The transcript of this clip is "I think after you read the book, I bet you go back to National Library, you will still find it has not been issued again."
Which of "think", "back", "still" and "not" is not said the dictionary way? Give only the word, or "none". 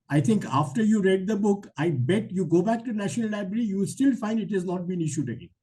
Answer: think